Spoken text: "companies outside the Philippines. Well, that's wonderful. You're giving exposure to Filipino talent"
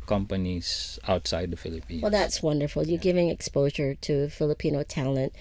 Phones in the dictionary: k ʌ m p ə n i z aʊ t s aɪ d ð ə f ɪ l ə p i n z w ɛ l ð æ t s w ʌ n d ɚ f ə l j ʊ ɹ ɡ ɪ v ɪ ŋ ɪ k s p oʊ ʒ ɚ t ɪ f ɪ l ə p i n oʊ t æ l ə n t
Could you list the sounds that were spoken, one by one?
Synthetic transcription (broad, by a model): k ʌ m p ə n i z aʊ t s aɪ d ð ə f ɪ l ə p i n w ɛ l ð æ t s w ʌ n d ɚ f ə l j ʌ ɹ ɡ ɪ v ɪ ŋ ɪ k s p oʊ ʒ ɚ t ɪ f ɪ l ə p i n oʊ t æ l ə n t